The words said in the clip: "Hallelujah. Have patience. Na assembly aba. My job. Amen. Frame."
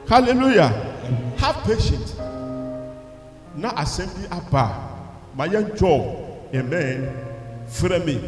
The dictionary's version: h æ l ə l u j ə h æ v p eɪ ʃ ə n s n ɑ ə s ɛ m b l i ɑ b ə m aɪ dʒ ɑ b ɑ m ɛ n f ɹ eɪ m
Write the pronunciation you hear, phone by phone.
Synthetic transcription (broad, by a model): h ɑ l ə l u j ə h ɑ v p eɪ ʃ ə n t n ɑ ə s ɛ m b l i ɑ b ə m aɪ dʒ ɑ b ɑ m ɛ n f ɹ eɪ m